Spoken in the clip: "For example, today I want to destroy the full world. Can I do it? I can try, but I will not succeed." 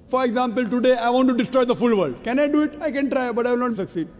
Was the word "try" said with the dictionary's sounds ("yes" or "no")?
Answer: yes